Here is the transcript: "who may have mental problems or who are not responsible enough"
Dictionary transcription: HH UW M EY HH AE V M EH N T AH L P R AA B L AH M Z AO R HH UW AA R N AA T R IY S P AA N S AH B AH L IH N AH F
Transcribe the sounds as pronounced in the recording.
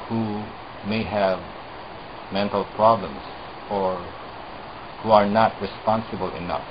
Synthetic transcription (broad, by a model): HH UW M EY HH AE V M EH N T AH L P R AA B L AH M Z AO R HH UW AA R N AA T R IY S P AA N S AH B AH L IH N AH F